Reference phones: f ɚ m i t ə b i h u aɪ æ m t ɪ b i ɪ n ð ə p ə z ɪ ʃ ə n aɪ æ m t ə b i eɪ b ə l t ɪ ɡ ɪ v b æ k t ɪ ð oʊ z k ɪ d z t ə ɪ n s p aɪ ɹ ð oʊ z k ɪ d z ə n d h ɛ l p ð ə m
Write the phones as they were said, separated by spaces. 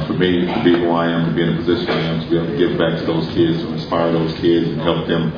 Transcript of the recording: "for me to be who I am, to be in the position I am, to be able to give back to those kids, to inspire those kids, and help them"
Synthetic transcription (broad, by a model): f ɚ m i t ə b i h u aɪ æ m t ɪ b i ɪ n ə p ə z ɪ ʃ ə n aɪ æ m t ə b i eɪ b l t ɪ ɡ ɪ v b æ k t ɪ ð oʊ z k ɪ d z t ə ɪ n s p aɪ ɹ ð oʊ z k ɪ d z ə n h ɛ l p ð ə m